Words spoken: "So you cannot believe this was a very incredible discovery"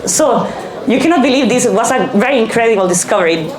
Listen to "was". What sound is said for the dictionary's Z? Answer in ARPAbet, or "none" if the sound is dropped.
S